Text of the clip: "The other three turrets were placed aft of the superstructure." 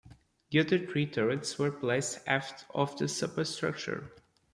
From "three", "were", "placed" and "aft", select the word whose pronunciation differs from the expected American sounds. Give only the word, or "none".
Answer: three